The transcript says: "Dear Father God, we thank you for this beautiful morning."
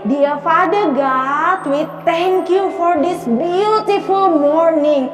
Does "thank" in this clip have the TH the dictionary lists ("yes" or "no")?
no